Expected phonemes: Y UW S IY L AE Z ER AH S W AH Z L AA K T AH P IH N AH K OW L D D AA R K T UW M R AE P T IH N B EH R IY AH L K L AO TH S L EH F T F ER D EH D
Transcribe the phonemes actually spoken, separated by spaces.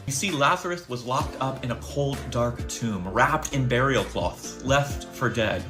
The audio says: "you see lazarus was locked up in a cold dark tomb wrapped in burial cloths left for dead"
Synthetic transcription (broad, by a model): Y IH S IY L AE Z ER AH TH W AH Z L AA K T AH P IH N AH K OW L D D AA R K T UW M R AE P T IH N B EH R IY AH L K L AO TH L EH F T F ER D EH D